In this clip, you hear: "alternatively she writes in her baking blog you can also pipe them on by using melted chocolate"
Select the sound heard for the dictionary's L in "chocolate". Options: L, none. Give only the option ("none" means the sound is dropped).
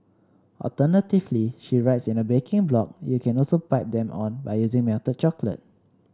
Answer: L